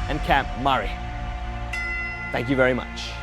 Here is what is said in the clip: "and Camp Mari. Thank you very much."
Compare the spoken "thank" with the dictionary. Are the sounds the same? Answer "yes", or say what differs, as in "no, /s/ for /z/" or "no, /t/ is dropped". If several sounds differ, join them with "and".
yes